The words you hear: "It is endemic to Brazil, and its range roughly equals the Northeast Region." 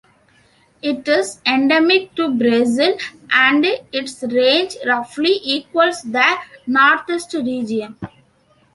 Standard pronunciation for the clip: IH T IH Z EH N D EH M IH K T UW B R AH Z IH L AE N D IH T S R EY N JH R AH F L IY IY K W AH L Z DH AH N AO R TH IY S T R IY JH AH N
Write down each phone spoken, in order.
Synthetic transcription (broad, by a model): IH T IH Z EH N D EH M IH K T UW B R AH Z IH L AE N D IH T S R EY N JH R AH F L IY IY K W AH L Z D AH N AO R T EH S T R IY JH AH N